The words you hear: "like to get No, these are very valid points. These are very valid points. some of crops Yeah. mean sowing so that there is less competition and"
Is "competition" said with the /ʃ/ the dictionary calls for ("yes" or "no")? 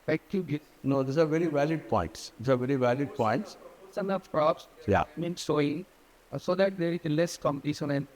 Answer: no